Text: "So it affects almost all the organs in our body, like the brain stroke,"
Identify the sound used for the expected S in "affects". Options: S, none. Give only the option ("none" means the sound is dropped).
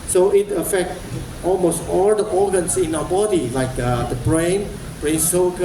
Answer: none